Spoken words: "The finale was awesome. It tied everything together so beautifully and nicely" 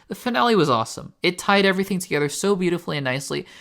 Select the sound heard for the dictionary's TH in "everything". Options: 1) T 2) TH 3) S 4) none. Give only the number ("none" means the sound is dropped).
2